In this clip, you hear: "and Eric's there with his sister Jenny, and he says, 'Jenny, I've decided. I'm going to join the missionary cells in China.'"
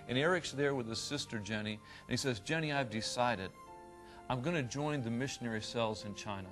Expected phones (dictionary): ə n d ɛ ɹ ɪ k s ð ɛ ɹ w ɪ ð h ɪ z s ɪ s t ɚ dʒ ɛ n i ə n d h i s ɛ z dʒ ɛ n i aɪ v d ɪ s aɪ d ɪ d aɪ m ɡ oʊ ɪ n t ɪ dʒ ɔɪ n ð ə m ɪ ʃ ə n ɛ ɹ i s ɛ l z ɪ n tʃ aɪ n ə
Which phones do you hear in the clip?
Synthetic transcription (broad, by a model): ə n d ɛ ɹ ɪ k s ð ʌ ɹ w ɪ ð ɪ s ɪ s t ɚ dʒ ɛ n i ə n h i s ɛ z dʒ ɛ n i aɪ v d ɪ s aɪ d ɪ d aɪ m ɡ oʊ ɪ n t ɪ dʒ ɔɪ n ð ə m ɪ ʃ ə n ɛ ɹ i s ɛ l z ɪ n tʃ aɪ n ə